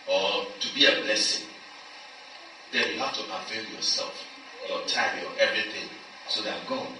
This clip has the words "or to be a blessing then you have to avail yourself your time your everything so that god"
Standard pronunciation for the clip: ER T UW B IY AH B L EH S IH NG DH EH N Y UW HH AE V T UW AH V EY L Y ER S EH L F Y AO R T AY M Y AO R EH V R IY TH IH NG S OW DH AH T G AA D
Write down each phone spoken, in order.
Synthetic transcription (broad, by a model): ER T UW B IY AH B L EH S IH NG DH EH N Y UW HH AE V T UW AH F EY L Y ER S EH L F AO T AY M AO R EH V R IY TH IH NG S OW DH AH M G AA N